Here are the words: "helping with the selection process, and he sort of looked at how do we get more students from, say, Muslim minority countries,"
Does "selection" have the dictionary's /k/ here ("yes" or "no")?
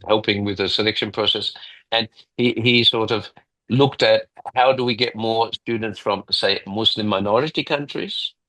yes